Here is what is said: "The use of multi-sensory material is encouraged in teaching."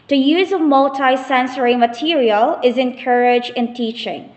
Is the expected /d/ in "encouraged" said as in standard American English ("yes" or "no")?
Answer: no